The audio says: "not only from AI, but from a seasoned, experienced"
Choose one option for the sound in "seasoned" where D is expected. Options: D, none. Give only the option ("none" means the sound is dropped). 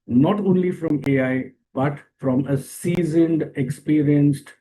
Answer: D